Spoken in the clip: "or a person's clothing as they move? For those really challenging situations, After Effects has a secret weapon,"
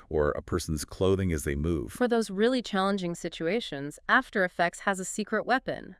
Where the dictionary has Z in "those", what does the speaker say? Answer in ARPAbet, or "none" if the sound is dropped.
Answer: Z